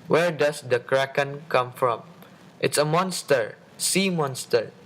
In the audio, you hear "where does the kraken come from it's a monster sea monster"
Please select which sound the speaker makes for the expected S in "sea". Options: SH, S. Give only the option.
S